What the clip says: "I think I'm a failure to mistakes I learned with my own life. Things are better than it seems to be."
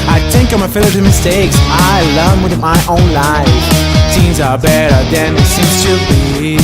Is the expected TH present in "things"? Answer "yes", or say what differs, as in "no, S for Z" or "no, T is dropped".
no, T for TH